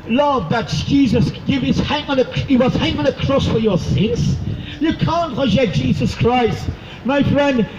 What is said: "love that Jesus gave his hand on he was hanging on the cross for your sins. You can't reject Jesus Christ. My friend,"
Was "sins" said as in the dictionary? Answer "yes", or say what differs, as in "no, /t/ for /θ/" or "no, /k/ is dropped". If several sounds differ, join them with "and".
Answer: yes